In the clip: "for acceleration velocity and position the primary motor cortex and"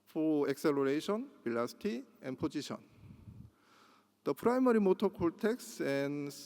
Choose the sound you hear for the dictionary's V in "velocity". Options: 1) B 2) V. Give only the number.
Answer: 1